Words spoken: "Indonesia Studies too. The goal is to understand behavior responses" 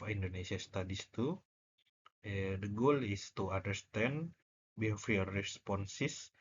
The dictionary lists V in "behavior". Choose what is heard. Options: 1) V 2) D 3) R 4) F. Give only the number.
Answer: 4